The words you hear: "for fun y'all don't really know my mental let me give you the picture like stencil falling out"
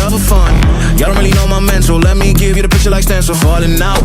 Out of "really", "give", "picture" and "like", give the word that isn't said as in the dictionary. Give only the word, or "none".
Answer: none